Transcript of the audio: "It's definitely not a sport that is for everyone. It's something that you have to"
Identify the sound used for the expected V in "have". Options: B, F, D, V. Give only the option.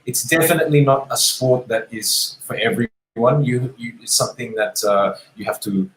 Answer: F